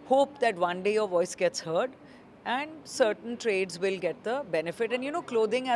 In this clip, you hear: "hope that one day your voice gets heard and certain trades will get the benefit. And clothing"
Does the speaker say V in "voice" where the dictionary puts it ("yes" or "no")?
yes